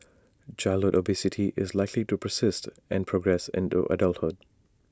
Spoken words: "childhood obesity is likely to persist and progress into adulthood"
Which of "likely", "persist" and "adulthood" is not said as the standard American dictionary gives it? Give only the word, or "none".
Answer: none